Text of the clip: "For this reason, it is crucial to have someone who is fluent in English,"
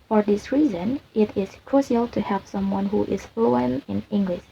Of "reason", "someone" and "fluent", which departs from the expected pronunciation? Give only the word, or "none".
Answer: fluent